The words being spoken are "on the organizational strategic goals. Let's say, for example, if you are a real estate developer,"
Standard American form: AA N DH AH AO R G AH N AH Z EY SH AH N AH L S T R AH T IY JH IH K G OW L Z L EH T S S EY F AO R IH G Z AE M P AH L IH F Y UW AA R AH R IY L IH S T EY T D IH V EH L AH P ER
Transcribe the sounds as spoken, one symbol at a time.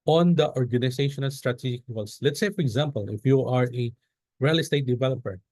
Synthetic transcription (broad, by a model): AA N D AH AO R G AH N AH S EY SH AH N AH L S T R AH T IY JH IH K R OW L S L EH T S S EY F AO R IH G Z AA M P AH L IH F Y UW AA R AH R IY L IH S T EY T D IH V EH L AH P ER